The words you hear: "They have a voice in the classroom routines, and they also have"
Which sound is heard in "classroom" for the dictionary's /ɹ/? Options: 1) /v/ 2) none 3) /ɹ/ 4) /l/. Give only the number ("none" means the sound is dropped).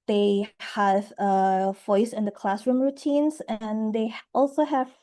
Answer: 3